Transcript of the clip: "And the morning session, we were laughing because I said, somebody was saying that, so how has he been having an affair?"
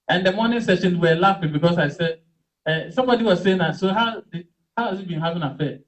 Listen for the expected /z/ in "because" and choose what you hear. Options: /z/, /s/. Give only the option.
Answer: /s/